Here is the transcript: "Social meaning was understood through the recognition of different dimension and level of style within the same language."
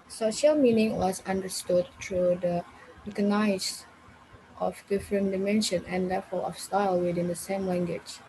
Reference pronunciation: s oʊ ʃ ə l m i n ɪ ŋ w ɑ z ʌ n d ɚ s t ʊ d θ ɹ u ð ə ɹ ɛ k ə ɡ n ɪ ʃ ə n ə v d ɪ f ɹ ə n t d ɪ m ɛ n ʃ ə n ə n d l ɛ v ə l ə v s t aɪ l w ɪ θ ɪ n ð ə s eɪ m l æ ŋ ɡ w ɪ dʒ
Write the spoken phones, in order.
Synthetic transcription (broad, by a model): s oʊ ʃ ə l m i n ɪ ŋ w ɑ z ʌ n d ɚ s t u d t ɹ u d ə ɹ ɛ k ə n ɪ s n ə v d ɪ f ɹ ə n d ɪ m ɛ n ʃ ə n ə n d l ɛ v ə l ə f s t aɪ l w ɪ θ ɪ n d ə s eɪ m l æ ŋ ɡ w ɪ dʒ